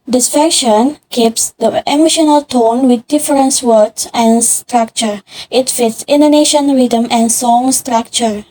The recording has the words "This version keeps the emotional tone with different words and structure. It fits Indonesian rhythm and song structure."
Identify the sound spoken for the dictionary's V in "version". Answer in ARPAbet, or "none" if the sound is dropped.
F